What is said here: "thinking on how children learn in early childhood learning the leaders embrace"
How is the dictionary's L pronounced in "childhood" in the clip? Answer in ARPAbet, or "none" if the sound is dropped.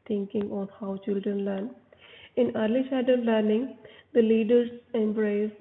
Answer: none